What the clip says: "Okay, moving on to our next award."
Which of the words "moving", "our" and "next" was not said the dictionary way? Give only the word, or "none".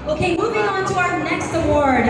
none